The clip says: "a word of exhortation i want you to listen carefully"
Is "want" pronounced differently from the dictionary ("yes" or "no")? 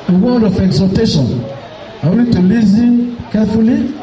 yes